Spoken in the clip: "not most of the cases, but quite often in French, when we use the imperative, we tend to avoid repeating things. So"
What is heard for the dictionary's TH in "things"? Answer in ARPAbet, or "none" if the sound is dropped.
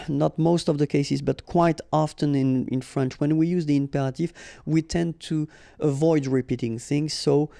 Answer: TH